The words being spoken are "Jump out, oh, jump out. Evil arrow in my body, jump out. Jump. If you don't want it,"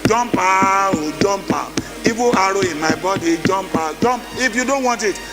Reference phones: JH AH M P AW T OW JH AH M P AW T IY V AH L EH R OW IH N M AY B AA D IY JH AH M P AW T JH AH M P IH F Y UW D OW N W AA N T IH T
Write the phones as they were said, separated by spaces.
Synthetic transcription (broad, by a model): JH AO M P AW OW JH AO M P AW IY B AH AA R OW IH M AY B AA D IY JH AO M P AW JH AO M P IH F Y UW D OW N W AA N T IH T